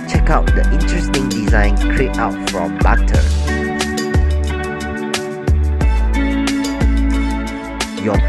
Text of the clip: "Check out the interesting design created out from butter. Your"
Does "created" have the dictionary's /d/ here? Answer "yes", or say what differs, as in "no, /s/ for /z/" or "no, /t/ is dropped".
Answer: no, /d/ is dropped